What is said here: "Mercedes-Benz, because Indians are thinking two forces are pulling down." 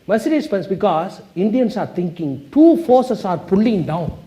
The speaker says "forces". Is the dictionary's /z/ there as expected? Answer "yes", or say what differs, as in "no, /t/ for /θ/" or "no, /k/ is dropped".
no, /s/ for /z/